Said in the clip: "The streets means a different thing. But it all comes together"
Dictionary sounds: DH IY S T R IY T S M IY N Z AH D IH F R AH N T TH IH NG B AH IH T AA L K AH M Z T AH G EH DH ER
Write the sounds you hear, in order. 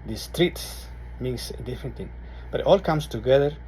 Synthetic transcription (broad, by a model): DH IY S T R IY T S M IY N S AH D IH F AH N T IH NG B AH IH T AA L K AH M S T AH G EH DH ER